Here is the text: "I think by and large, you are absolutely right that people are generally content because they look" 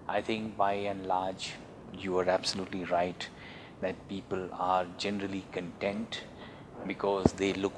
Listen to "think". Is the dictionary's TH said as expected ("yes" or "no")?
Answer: no